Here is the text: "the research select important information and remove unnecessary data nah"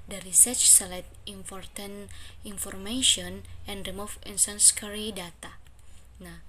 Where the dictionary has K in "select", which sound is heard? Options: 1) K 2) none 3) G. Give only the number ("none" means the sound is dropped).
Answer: 2